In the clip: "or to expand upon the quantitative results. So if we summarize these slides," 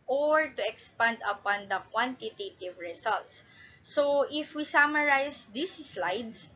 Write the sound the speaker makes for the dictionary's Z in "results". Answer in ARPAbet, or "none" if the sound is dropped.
S